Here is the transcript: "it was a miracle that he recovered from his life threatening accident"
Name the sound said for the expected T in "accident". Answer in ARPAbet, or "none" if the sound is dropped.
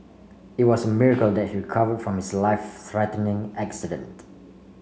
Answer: T